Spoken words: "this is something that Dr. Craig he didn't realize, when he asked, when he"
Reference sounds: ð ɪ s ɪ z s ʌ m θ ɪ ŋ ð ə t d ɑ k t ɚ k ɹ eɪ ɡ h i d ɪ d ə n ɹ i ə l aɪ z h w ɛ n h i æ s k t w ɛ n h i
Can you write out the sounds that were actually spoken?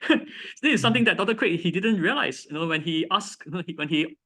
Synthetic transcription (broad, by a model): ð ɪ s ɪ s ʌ m t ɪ ŋ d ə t d ɑ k t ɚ k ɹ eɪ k h i d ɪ d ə n ɹ i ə l aɪ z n w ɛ n h i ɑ s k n w ɛ n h i